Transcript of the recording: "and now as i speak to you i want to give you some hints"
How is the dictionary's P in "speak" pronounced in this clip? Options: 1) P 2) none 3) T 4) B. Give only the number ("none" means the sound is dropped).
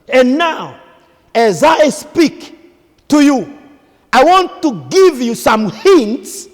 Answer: 1